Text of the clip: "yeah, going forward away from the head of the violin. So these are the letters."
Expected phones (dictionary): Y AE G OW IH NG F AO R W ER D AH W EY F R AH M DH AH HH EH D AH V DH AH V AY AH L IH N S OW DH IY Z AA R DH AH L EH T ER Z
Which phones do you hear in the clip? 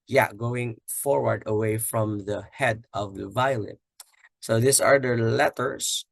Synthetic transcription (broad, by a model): Y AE G OW IH NG F AO R W ER D AH W EY F R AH M DH AH HH EH D AH V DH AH V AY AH L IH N S OW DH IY S AA R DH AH L EH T ER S